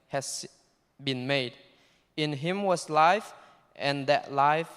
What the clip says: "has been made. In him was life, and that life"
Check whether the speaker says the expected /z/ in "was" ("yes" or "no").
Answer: no